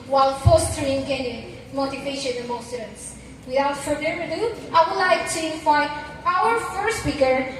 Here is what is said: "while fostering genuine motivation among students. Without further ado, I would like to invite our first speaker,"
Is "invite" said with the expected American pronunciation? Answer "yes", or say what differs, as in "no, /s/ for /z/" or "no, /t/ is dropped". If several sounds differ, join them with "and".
no, /t/ is dropped